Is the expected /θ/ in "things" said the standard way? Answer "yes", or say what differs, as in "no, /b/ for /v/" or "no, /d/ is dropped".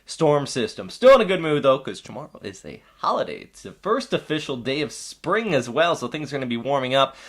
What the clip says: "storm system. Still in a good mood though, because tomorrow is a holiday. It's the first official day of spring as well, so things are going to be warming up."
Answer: yes